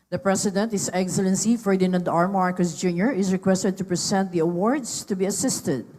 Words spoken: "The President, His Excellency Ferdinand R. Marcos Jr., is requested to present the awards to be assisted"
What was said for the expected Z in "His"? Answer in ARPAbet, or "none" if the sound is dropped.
S